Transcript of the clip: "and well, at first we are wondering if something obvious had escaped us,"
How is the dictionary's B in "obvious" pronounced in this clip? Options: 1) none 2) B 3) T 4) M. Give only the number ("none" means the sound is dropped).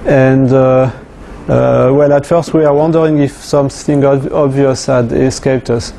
2